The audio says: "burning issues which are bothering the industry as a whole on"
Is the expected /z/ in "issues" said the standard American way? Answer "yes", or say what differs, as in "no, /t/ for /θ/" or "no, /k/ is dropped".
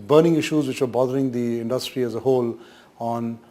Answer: yes